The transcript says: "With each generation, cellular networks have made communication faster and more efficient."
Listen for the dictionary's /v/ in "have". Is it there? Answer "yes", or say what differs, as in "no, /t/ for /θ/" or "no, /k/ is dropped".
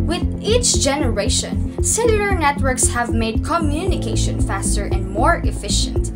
yes